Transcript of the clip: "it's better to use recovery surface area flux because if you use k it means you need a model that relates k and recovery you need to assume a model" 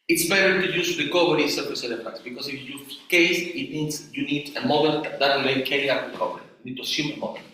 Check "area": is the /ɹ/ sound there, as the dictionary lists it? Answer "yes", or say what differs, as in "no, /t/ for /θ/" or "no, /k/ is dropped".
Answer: no, /l/ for /ɹ/